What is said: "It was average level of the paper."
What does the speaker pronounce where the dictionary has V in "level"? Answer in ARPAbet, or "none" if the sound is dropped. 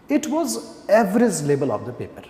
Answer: B